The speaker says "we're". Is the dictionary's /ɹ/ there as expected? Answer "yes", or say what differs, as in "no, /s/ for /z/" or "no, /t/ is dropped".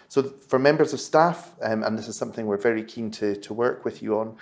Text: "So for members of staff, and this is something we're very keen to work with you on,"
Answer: yes